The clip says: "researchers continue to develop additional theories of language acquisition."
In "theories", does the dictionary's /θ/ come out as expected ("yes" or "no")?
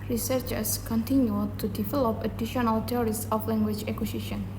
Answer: no